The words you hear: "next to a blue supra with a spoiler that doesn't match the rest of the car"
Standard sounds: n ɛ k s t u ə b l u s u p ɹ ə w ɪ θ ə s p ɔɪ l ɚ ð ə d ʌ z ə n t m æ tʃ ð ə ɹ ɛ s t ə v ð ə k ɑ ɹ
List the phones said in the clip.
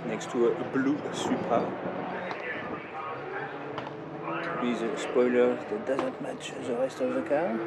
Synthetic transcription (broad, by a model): n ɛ k s t u ə b l u s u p ə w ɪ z ə s p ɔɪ l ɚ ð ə d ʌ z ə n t m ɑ tʃ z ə ɹ ɛ s t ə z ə k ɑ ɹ